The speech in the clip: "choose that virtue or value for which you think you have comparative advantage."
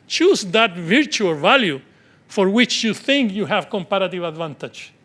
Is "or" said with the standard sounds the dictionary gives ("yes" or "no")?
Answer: no